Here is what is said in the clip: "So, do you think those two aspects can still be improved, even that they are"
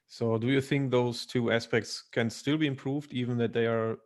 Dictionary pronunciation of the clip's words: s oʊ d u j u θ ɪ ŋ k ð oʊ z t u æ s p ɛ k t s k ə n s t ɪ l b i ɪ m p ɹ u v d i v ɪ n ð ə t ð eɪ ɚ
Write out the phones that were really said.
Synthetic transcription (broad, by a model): s oʊ d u j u θ ɪ ŋ k ð oʊ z t u æ s p ɛ k t s k ə n s t ɪ l b i ɪ m p ɹ u v d i v ɪ n ð ə t ð eɪ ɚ